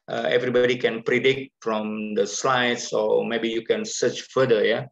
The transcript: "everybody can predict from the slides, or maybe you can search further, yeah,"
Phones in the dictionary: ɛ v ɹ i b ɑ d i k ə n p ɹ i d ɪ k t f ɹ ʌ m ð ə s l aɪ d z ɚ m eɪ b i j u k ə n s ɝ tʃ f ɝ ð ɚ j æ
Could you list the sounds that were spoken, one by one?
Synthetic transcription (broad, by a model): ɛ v ɹ i b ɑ d i k ə n p ɹ i d ɪ k t f ɹ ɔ m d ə s l aɪ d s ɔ m eɪ b i j u k ə n s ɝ tʃ f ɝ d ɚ j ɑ